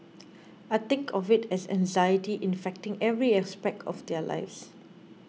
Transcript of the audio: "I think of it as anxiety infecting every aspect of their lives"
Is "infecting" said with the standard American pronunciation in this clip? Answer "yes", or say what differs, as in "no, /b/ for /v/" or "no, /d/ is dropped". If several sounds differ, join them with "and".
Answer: yes